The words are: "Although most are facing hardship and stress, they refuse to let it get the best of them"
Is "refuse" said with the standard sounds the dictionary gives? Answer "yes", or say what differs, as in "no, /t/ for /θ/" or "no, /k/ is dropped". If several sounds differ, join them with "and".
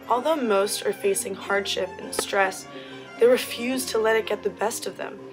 yes